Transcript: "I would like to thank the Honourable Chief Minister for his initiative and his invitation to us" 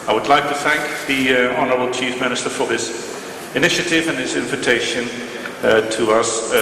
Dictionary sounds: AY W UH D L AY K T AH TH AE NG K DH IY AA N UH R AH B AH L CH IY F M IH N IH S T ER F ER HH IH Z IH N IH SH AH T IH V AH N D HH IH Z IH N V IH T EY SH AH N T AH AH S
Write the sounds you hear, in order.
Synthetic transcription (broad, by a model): AY W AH D L AY K T AH TH AE NG K DH IY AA N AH R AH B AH L CH IY F M IH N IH S T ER F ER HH IH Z IH N IH SH AH T IH V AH N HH IH Z IH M V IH T EY SH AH N T AH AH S